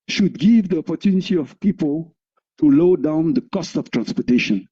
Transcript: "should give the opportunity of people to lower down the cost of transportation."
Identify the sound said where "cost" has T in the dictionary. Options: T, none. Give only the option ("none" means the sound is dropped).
T